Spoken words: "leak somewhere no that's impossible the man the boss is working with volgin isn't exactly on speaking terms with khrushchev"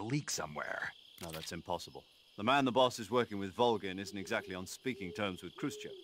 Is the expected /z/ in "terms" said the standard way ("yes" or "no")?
yes